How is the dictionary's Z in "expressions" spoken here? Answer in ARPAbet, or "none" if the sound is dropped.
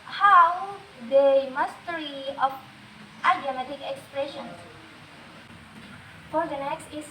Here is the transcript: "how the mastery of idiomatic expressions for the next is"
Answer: none